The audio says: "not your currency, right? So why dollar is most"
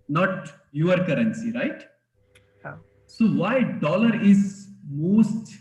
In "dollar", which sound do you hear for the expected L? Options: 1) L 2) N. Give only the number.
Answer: 1